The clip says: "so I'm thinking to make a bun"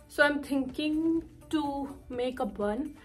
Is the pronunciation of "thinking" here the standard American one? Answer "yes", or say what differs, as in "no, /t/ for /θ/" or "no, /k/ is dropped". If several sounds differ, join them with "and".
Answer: no, /t/ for /θ/